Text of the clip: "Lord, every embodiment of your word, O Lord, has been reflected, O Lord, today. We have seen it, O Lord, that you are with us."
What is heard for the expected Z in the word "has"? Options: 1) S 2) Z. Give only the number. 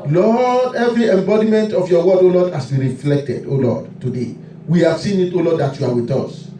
1